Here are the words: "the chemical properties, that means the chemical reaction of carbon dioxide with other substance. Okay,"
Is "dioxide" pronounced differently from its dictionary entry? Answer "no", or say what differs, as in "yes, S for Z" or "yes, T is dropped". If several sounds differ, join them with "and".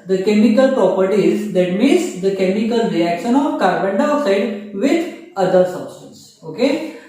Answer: yes, K is dropped